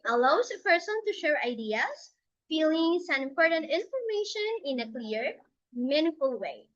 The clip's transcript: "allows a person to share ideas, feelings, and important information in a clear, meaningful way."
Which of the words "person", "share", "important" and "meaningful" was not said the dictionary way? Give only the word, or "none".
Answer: meaningful